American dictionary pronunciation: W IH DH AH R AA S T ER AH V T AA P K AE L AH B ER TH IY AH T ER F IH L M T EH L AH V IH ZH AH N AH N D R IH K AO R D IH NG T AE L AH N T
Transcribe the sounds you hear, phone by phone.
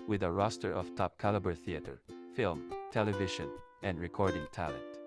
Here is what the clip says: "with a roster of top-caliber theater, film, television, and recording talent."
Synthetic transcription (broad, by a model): W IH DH AH R AA S T ER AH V T AA P K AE L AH B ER TH IY AH T ER F IH L M T EH L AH V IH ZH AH N AH N D R IH K AO R D IH NG T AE L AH N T